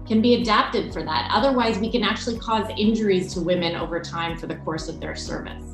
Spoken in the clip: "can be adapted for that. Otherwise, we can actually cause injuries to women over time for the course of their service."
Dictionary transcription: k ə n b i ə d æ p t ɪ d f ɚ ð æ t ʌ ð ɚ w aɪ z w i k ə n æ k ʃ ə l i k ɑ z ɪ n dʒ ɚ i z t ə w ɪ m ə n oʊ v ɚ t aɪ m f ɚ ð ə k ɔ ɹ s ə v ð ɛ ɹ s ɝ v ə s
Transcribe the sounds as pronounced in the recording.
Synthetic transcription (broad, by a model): k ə n b i ə d æ p t ɪ d f ɚ ð æ t ʌ ð ɚ w aɪ z w i k ə n æ k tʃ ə l i k ɑ z ɪ n dʒ ɚ i z t ə w ɪ m ə n oʊ v ɚ t aɪ m f ɚ ð ə k ɔ ɹ s ə v ð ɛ ɹ s ɝ v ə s